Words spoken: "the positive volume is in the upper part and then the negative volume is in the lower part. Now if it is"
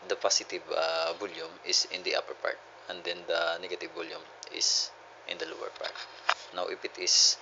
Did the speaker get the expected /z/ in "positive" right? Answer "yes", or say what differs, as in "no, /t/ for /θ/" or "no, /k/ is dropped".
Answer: no, /s/ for /z/